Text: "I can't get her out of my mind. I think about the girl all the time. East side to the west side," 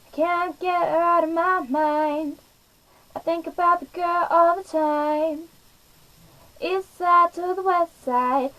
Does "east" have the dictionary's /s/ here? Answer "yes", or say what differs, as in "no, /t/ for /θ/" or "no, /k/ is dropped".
no, /s/ is dropped